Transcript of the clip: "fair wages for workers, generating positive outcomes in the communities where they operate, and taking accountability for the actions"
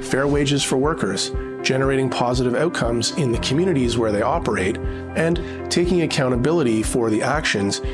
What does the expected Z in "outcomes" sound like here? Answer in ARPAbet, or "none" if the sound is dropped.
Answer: Z